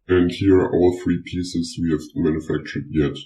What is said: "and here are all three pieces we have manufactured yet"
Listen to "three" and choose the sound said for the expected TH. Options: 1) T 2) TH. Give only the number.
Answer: 2